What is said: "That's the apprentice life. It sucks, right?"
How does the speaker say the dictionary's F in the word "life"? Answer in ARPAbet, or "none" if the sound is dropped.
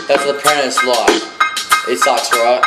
none